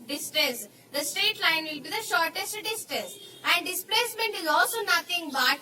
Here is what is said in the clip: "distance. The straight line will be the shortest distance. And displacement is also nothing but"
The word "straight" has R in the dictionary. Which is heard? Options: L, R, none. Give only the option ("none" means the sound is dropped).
none